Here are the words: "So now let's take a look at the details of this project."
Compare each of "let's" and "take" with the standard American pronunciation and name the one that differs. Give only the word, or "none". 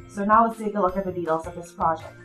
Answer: let's